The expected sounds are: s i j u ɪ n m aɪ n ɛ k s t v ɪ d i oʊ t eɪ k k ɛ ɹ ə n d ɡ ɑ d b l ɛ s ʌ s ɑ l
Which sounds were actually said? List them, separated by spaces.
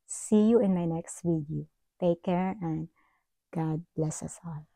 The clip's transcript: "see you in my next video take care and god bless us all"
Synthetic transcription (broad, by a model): s i j u ɪ n m aɪ n ɛ k s t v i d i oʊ t eɪ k k ɛ ɹ ə n d ɡ ɑ d b l ɛ s ʌ s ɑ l